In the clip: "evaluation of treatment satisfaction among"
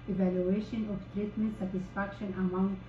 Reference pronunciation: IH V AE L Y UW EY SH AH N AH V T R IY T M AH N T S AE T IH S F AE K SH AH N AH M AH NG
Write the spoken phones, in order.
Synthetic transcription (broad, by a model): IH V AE L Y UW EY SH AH N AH P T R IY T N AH S AE T IH S F AE K SH AH N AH M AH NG